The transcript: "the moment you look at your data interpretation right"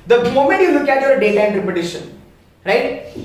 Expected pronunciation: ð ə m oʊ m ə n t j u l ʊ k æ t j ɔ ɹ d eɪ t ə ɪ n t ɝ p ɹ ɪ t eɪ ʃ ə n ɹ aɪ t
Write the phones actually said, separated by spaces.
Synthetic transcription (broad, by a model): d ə m oʊ m ə n t j u l ʊ k æ t j ɔ ɹ d eɪ t ə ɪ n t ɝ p ɪ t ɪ ʃ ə n ɹ aɪ t